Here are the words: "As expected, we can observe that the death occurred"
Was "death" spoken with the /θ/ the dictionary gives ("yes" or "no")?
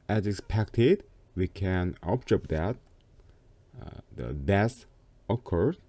no